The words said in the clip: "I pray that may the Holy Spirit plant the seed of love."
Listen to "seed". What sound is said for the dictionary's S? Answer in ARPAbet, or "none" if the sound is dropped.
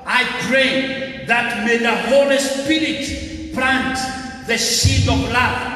SH